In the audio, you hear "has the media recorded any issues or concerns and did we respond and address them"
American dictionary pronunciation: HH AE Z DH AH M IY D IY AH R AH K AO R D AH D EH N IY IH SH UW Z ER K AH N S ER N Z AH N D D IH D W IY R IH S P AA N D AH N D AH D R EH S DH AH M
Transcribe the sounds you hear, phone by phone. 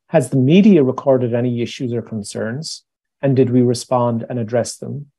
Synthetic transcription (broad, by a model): HH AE Z DH AH M IY D IY AH R AH K AO R D AH D EH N IY IH SH UW Z ER K AH N S ER N Z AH N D D IH D W IY R IH S P AA N D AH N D AH D R EH S DH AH M